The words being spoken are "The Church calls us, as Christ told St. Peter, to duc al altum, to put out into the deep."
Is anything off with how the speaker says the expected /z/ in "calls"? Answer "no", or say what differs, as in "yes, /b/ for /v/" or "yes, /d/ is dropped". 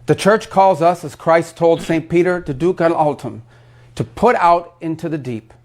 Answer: no